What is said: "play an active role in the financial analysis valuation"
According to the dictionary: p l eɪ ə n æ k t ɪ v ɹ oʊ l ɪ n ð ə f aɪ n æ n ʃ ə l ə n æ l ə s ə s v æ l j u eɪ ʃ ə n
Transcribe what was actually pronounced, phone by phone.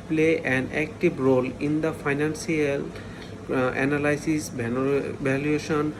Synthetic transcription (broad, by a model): p l eɪ ə n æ k t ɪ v ɹ oʊ l ɪ n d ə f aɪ n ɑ n s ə l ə n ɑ l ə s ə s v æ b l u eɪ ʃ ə n